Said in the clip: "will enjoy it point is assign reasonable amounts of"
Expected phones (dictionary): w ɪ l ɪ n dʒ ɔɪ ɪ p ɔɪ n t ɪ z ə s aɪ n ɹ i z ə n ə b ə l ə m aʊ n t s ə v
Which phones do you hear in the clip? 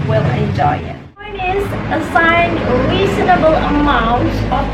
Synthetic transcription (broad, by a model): w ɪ l ɪ n dʒ ɔɪ ɪ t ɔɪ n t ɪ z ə s aɪ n ɹ i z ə n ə b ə l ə m aʊ n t ə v